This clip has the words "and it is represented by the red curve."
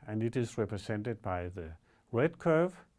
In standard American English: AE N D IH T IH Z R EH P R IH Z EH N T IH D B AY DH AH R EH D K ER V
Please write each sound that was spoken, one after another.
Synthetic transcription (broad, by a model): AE N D IH T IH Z R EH P R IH S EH N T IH D B AY DH AH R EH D K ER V